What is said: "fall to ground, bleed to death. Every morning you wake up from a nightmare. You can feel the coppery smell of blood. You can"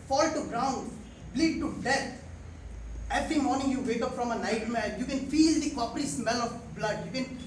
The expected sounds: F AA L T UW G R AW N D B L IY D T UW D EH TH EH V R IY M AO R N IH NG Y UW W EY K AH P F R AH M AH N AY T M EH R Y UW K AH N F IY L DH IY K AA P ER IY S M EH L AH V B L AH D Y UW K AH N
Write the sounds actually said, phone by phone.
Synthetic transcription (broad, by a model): F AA L T UW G R AW N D B L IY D T UW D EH T EH V R IY M AO R N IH NG Y UW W EY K AH P F R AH M AH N AY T M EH L Y UW K AH N F IY L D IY K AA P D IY S M EH L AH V B L AH D Y UW K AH N